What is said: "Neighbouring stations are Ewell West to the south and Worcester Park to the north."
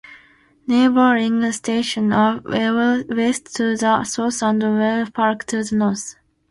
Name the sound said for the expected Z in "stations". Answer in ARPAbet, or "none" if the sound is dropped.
none